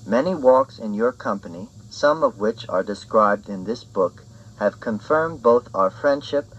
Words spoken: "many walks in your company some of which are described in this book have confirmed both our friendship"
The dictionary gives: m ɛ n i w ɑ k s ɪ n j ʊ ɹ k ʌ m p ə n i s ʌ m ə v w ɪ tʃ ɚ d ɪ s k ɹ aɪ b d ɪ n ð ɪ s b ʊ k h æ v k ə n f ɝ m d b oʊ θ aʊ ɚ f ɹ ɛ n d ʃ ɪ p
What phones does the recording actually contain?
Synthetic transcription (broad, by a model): m ɛ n i w ɑ k s ɪ n j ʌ ɹ k ʌ m p ə n i s ʌ m ə v w ɪ tʃ ɚ d ɪ s k ɹ aɪ b d ɪ n ð ɪ s b ʊ k h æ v k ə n f ɝ m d b oʊ θ aʊ ɚ f ɹ ɛ n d ʃ ɪ p